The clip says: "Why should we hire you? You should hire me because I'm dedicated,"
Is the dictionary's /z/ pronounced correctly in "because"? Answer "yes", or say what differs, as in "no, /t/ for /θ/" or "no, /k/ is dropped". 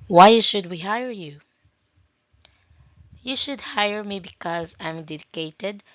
yes